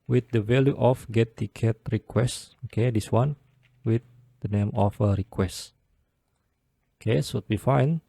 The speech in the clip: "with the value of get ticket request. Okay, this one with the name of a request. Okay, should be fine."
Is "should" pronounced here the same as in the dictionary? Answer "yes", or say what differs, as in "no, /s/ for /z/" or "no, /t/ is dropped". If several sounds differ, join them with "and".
no, /s/ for /ʃ/